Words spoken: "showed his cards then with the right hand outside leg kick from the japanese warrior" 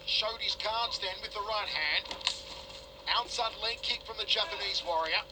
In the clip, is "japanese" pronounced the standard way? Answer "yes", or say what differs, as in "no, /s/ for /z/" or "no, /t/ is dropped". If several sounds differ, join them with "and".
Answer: yes